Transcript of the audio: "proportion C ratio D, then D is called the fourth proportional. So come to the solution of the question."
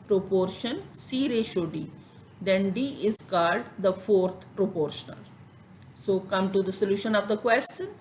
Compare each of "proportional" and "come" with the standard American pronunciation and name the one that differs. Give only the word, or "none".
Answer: none